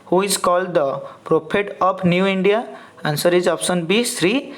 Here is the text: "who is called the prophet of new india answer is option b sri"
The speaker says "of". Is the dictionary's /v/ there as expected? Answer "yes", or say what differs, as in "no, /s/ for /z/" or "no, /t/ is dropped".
no, /p/ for /v/